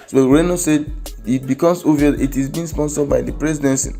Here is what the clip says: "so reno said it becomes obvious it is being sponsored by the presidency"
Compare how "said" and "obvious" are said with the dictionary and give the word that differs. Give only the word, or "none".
obvious